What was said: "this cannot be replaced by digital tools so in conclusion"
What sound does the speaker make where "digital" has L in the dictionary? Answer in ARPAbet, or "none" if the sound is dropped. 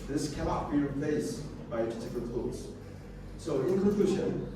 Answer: N